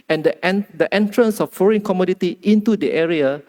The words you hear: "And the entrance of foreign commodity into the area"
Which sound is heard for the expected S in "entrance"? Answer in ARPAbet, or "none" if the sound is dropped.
S